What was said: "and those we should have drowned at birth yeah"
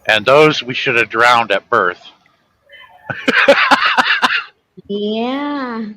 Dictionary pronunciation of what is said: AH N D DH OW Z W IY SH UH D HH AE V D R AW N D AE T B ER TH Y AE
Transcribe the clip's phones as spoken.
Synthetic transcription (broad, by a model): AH N DH OW Z W IY SH UH D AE V D R AW N D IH T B ER TH Y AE